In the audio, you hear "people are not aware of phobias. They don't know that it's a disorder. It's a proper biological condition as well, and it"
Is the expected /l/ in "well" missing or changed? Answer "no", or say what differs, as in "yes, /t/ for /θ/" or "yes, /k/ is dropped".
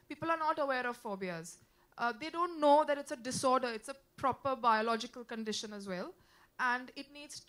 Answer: no